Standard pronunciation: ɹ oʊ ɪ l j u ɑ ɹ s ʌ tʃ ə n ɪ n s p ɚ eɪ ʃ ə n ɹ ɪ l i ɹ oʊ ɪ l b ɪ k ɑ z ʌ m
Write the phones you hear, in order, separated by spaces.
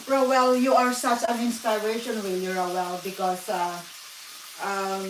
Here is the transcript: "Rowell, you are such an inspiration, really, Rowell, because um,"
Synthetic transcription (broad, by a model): ɹ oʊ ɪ l j u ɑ ɹ s ʌ tʃ ə n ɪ n s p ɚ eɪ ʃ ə n w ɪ l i ɹ oʊ ɪ l b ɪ k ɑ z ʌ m